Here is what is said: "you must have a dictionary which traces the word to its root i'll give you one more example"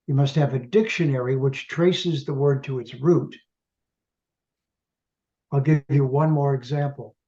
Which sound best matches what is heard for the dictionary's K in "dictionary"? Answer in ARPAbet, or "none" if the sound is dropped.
K